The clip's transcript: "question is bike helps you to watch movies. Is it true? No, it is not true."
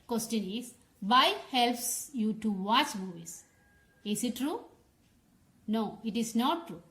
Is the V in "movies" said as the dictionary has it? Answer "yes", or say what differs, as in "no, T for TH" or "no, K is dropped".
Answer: no, V is dropped